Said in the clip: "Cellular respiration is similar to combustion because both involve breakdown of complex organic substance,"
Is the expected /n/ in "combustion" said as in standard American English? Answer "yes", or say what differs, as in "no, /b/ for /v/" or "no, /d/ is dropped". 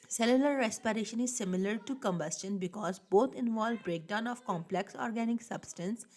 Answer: yes